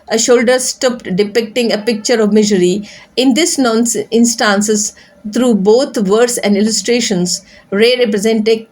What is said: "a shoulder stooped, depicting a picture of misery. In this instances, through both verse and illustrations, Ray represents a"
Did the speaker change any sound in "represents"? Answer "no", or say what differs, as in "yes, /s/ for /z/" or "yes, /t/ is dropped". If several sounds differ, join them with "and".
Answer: yes, /s/ is dropped